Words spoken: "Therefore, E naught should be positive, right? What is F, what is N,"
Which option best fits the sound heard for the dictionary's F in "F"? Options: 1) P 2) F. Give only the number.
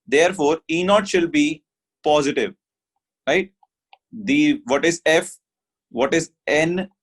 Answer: 2